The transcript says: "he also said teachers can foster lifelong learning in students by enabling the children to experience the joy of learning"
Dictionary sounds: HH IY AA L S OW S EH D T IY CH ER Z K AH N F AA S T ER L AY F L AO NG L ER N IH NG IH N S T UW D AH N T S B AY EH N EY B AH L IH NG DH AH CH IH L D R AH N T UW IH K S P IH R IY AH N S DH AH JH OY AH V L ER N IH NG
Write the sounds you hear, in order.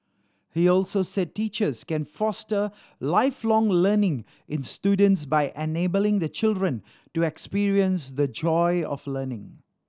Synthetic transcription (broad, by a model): HH IY AA L S OW S EH D T IY CH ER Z K AH N F AA S T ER L AY F L AO NG L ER N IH NG IH N S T UW D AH N T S B AY EH N EY B AH L IH NG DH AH CH IH L D R AH N T UW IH K S P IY R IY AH N S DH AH JH OY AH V L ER N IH NG